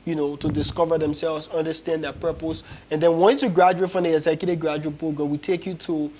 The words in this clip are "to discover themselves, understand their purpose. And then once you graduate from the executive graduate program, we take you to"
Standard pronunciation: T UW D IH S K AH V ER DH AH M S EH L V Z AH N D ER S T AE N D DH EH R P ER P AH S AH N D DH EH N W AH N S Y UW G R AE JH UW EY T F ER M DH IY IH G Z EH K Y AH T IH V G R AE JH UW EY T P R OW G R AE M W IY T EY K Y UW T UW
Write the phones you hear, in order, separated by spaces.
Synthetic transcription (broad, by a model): T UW D IH S K AH V ER DH AH M S EH L V Z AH N D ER S T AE N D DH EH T P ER P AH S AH N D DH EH N W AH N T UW G R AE JH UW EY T F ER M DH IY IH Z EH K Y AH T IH G R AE JH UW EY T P OW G AO W IY T EY K Y UW T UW